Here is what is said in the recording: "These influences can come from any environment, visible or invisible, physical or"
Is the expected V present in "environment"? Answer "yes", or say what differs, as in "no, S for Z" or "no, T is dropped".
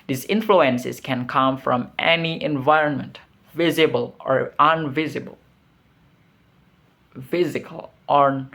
yes